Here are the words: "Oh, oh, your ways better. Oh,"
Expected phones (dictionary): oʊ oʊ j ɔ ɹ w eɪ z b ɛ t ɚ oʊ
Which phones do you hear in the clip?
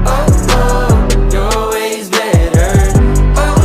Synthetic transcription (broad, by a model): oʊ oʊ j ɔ l w eɪ z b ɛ t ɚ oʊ